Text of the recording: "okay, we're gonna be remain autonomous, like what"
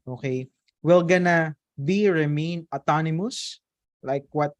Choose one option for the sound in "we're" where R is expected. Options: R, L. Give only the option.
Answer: L